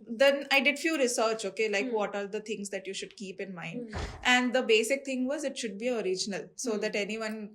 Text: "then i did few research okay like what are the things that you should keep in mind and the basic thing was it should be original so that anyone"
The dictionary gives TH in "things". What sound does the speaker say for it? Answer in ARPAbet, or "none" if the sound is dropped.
T